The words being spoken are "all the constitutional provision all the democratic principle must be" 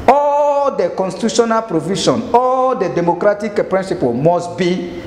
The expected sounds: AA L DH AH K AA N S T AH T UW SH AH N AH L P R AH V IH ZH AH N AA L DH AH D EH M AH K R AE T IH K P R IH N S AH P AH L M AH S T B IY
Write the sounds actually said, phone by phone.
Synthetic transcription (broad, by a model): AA L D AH K AA N S T AH T UW SH AH N AH L P R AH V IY SH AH N AA L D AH D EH M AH K R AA T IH K P R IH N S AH P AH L M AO S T B IY